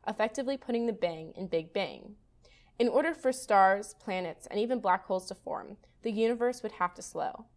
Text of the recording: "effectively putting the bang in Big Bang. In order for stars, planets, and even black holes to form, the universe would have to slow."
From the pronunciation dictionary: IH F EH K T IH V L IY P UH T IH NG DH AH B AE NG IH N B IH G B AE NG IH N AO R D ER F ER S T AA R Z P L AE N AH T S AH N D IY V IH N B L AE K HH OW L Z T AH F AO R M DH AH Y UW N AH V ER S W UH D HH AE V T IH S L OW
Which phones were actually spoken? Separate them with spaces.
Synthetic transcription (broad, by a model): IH F EH K T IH V L IY P UH T IH NG DH AH B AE NG IH N B IH G B AE NG IH N AO R D ER F ER S T AA R Z P L AE N AH T S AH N IY V IH N B L AE K HH OW L Z T AH F AO R M DH AH Y UW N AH V ER S W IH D HH AE F T IH S L OW